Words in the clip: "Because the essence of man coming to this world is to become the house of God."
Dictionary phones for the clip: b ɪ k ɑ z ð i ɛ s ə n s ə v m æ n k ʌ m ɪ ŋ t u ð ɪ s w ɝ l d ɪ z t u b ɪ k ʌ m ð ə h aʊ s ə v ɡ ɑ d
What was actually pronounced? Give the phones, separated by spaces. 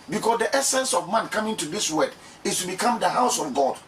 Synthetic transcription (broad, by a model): b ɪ k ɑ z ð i ɛ s ə n s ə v m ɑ n k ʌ m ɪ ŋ t u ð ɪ s w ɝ d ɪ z t u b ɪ k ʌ m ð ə h aʊ s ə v ɡ ɑ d